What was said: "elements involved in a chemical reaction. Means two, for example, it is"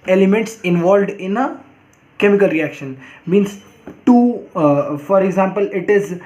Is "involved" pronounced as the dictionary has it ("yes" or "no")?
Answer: yes